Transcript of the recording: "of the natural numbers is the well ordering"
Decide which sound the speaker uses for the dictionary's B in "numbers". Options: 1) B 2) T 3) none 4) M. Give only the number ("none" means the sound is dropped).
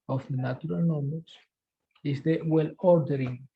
3